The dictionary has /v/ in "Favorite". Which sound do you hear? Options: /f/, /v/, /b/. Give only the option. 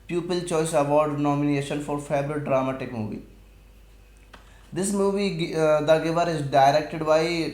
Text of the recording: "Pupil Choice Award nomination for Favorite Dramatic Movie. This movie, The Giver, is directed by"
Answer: /b/